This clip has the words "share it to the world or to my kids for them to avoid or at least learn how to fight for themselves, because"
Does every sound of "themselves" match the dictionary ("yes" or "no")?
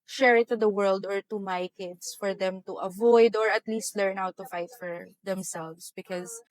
no